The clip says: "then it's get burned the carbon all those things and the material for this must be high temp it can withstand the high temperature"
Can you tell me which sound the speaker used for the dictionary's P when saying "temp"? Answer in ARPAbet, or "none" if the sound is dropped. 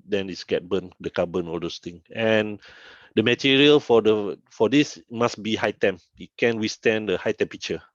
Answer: none